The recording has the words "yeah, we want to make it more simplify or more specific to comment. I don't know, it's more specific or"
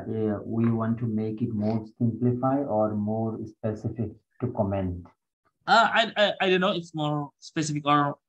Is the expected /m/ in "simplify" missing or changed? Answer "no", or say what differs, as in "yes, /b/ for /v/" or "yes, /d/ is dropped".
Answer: no